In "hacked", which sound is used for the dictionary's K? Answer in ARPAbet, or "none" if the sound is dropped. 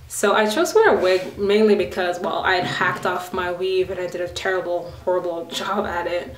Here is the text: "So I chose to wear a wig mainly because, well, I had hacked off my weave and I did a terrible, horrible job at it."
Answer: K